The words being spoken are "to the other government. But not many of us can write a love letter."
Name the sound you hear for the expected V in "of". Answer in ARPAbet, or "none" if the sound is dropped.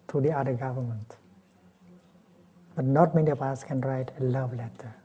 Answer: P